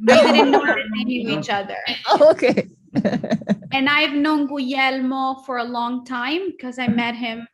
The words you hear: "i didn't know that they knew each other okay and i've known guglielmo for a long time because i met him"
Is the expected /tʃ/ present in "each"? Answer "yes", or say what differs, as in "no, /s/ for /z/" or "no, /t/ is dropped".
yes